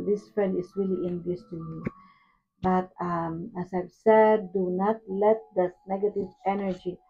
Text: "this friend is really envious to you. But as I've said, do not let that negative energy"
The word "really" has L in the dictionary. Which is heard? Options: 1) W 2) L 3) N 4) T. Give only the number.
2